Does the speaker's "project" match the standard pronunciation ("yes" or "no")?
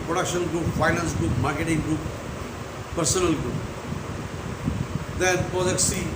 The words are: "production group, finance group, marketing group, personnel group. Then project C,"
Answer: no